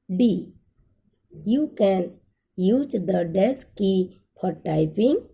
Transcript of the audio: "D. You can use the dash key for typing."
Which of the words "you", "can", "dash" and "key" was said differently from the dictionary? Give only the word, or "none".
dash